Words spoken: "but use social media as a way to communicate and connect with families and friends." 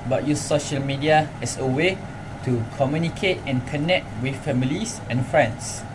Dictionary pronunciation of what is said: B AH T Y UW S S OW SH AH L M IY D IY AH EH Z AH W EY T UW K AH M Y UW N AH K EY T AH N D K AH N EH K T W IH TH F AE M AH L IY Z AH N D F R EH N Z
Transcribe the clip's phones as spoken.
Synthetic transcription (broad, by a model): B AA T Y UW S S OW SH AH L M IY D IY AH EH S AH W EY T UW K AH M Y UW N AH K EY T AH N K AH N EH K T W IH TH F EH M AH L IY S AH N F R EH N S